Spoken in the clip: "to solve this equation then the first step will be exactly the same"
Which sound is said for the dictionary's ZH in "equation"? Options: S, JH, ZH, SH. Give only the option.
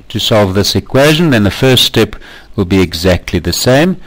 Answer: ZH